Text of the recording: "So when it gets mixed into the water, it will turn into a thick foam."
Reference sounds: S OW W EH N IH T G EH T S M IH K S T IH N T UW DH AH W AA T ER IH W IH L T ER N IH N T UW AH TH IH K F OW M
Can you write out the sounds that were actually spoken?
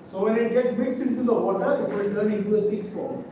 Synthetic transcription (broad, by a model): S OW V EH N IH T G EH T M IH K S IH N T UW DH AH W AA T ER IH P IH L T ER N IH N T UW AH T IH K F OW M